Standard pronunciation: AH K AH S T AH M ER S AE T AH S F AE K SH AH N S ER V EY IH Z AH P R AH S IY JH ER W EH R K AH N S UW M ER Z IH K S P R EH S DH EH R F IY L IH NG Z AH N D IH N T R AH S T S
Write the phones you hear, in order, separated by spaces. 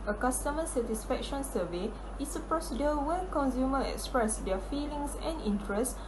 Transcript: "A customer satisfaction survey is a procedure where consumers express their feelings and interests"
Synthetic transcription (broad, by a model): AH K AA S T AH M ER S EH T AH S F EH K SH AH N S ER V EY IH S AH P R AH S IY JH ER W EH K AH N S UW M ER IH K S P R EH S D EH F IY L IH NG S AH N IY N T R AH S S